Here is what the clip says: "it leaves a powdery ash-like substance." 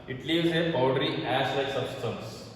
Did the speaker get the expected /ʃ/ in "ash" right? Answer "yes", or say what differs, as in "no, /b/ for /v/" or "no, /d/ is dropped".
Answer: no, /s/ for /ʃ/